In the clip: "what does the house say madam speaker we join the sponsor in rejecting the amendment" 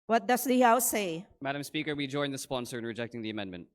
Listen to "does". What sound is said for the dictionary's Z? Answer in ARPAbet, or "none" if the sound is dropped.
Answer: S